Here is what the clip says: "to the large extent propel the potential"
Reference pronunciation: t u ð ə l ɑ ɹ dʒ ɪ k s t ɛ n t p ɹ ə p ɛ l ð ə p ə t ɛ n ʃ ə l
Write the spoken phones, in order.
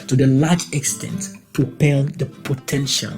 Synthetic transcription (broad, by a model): t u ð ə l ɑ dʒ ɪ k s t ɛ n t p ɹ ə p ɛ l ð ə p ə t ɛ n ʃ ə l